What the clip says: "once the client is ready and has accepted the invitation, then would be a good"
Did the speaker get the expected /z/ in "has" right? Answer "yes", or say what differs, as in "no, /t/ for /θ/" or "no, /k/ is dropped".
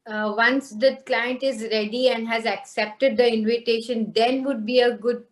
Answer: yes